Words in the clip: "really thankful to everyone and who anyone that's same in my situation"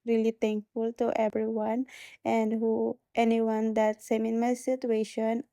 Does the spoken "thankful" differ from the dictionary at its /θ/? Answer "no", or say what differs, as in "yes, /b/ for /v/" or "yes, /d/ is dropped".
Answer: yes, /t/ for /θ/